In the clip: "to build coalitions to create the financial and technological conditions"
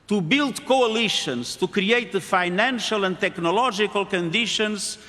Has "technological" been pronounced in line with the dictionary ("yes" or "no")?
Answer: no